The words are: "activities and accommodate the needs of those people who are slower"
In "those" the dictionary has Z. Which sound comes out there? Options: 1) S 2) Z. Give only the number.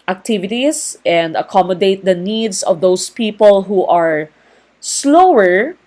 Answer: 1